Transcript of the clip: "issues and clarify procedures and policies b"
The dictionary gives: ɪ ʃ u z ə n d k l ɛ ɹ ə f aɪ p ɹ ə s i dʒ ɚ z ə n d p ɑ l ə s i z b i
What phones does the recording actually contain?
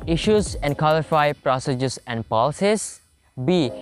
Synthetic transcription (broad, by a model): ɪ ʃ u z ə n d k ɔ l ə f aɪ p ɹ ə s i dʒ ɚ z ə n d p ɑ l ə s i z b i